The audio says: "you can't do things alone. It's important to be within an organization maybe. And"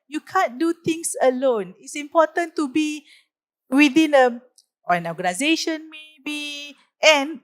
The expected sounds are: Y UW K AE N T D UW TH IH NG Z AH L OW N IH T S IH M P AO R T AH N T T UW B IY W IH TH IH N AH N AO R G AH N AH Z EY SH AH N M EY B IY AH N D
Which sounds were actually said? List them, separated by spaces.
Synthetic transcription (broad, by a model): Y UW K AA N D UW T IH NG S AH L OW N IH T S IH M P AO T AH N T T UW B IY W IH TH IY N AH N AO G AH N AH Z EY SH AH N M EY B IY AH N